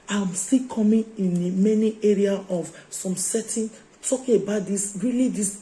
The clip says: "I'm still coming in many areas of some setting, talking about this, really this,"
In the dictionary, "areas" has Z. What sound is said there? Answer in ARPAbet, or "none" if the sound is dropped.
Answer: none